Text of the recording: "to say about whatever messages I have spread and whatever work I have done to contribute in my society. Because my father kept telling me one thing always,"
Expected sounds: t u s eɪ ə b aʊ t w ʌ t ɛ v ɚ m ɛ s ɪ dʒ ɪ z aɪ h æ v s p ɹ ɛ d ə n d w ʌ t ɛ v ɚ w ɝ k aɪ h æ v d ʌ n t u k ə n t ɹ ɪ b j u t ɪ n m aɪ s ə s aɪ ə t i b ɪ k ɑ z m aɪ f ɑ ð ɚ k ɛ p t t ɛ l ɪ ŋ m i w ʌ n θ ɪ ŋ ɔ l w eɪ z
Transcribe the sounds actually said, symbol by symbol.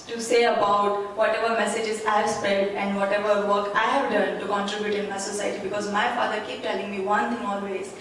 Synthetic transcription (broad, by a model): t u s eɪ ə b aʊ t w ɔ t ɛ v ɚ m ɛ s ɪ dʒ ɪ z aɪ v s p ɛ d ə n d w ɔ t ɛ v ɚ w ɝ k aɪ h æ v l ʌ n t u k ə n t ɹ ɪ b j u t ɪ n m aɪ s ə s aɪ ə t i b ɪ k ɑ z m aɪ f ɑ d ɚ k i p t t ɛ l ɪ ŋ m i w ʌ n t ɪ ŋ ɔ l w eɪ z